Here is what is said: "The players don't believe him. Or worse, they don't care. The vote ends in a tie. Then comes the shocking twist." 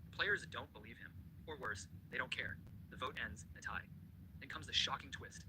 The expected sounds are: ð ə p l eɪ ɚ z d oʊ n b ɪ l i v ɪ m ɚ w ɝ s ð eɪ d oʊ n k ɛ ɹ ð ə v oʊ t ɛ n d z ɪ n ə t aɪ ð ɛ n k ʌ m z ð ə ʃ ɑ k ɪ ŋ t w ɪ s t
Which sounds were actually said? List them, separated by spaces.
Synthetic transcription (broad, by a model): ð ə p l eɪ ɚ z d oʊ n b ɪ l i v ɪ m ɚ w ɝ s ð eɪ d oʊ n k ɛ ɹ ð ə v oʊ t ɛ n d z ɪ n ə t aɪ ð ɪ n k ʌ m z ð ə ʃ ɑ k ɪ ŋ t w ɪ s t